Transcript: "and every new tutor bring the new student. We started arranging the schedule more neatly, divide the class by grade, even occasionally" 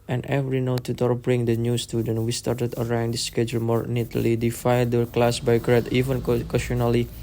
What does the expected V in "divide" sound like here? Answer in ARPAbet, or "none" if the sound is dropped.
F